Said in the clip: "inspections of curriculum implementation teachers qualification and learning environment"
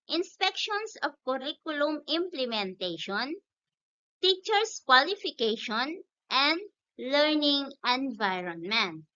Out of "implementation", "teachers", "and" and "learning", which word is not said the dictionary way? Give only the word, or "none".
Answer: teachers